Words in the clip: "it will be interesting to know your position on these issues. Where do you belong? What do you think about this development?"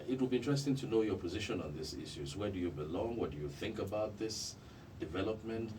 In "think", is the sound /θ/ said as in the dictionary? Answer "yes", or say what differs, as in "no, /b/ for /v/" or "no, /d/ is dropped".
yes